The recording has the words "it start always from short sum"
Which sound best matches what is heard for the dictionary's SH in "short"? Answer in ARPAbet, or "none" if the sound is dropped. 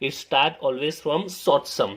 S